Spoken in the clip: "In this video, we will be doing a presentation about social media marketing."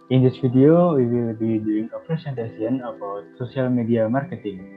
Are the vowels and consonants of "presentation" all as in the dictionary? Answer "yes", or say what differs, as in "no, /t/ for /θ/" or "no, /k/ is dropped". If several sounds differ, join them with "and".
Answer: no, /s/ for /z/ and /s/ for /ʃ/